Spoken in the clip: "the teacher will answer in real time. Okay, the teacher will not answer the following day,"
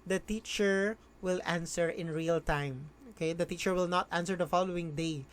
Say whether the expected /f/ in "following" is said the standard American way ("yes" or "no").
yes